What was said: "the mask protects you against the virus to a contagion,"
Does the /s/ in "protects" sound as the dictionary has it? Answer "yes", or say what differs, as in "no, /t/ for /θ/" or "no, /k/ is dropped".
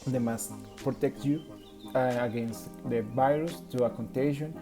no, /s/ is dropped